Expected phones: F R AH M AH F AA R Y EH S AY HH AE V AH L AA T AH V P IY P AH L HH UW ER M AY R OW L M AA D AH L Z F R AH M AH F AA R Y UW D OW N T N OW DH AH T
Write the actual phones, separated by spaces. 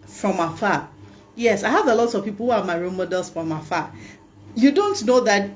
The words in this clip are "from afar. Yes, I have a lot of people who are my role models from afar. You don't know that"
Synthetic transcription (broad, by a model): F R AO M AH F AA Y EH S AY HH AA V AH L AA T AH V P IY P AH L HH UW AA M AY R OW N M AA D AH L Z F R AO M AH F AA Y UW D OW N T N OW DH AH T